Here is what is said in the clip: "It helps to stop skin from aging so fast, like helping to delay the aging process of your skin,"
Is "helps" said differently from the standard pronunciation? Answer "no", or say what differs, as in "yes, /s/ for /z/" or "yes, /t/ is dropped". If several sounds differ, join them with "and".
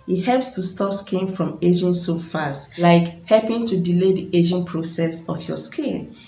no